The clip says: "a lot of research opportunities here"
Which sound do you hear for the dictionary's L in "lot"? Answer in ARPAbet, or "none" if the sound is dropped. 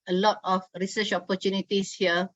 L